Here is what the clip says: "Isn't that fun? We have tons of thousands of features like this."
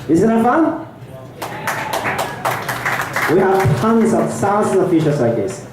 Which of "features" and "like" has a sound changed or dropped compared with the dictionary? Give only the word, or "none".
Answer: features